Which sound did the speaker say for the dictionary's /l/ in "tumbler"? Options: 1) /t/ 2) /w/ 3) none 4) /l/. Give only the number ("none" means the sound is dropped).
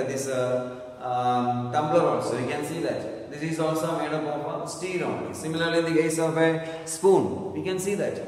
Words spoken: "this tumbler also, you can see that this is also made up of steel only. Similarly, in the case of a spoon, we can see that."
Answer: 3